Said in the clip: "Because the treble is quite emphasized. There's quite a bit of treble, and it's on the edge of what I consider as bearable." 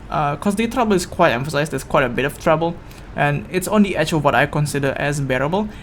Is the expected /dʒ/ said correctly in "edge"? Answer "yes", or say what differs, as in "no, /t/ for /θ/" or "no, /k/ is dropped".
no, /tʃ/ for /dʒ/